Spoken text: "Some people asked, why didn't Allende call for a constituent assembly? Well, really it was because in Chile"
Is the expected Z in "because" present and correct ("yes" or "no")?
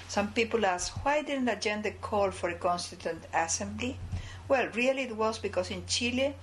no